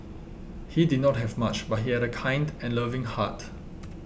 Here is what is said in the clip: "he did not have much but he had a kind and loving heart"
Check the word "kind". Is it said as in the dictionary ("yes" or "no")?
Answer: yes